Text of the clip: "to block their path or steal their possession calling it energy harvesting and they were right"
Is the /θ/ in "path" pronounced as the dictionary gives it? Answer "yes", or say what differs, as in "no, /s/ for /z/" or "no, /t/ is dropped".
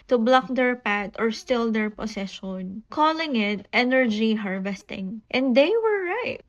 no, /t/ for /θ/